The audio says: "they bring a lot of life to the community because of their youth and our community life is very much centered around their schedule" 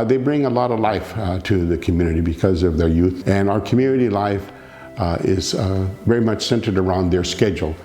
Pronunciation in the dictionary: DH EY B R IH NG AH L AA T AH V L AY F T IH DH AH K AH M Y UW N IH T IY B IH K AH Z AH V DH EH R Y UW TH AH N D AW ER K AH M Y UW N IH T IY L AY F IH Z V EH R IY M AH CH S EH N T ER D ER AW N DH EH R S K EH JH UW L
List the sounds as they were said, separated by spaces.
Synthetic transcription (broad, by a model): DH EY B R IH NG AH L AA T AH V L AY F T IH DH AH K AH M Y UW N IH T IY B IH K AH Z AH V DH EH R Y UW TH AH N AW ER K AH M Y UW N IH T IY L AY F IH Z V EH R IY M AH CH S EH N T ER D ER AW N DH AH R S K EH JH L